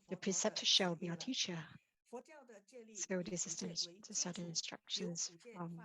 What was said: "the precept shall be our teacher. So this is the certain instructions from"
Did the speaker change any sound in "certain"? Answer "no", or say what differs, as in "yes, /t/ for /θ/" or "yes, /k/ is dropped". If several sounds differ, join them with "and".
yes, /s/ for /t/